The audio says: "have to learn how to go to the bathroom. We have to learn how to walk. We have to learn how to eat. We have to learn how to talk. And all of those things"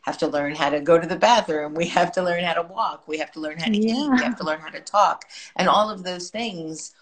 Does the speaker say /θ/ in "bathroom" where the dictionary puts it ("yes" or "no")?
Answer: yes